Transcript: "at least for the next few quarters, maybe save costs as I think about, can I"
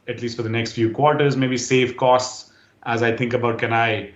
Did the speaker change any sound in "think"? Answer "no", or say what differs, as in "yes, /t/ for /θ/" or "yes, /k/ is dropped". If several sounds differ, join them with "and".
yes, /t/ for /θ/